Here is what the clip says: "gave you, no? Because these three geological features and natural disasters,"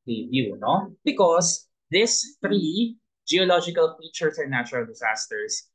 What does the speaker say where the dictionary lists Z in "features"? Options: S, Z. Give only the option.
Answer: S